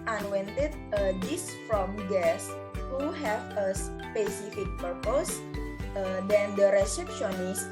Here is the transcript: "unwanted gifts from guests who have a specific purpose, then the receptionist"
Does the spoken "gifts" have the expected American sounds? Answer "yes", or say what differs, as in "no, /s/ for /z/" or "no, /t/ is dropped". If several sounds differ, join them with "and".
no, /f/ is dropped